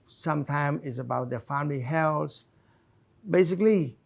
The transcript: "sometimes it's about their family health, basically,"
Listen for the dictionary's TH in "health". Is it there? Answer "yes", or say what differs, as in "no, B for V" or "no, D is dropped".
no, S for TH